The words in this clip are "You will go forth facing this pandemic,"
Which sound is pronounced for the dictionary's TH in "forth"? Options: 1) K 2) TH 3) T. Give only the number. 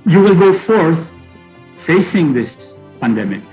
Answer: 2